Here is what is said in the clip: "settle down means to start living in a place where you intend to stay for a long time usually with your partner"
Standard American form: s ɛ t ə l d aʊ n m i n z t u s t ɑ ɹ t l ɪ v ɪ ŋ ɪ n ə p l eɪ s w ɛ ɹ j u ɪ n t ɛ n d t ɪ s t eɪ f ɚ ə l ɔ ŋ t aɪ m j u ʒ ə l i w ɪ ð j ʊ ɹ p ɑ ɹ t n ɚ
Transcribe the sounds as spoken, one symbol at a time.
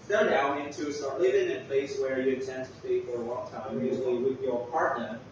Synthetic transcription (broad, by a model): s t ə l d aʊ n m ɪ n t u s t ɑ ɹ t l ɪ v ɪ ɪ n ə p l eɪ s w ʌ ɹ j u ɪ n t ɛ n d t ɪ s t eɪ f ɚ ə l ɔ ŋ t aɪ m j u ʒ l i w ɪ ð j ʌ ɹ p ɑ ɹ t n ɚ